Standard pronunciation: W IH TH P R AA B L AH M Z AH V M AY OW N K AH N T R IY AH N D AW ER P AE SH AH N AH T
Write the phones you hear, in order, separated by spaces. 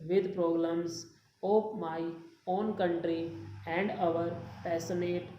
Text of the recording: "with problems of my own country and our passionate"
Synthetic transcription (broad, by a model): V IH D P R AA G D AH M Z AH P M AY OW N K AH N T R IY AH N D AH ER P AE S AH N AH T